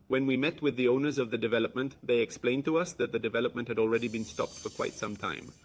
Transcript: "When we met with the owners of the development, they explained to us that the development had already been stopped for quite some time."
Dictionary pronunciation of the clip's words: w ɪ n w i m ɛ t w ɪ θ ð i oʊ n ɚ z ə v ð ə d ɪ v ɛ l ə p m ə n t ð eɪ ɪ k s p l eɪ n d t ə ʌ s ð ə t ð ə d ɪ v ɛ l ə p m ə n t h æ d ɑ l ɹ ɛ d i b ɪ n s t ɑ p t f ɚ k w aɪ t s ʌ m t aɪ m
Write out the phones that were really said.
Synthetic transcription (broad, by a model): w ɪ n w i m ɛ t w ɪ ð i oʊ n ɚ z ə v ð ə d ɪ v ɛ l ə p m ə n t ð eɪ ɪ k s p l eɪ n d t ə ʌ s ð ə t ð ə d ɪ v ɛ l ə p m ə n t h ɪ d ɑ l ɹ ɛ d i b ɪ n s t ɑ p t f ɚ k w aɪ t s ʌ m t aɪ m